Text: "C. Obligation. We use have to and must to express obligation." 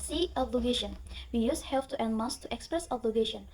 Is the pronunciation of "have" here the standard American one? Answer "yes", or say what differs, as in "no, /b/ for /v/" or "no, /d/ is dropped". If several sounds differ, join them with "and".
no, /f/ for /v/